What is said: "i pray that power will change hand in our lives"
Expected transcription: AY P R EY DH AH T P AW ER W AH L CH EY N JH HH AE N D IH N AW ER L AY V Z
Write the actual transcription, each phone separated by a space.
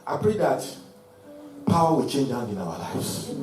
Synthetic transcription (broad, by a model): AY P R EY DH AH T P AW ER W AH L CH EY N JH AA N IH N AW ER L AY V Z